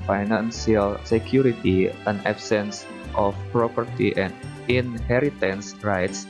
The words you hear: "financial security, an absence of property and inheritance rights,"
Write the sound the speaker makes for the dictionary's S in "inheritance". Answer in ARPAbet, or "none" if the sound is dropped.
S